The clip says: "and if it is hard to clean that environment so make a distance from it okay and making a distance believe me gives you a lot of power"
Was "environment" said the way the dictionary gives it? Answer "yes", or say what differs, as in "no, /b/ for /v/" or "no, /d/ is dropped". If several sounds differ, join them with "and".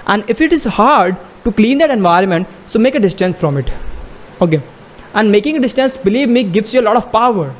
yes